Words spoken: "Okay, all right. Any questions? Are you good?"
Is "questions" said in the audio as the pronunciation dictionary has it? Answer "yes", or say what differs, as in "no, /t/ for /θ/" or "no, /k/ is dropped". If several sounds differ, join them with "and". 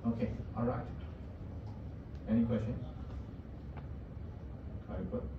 no, /z/ is dropped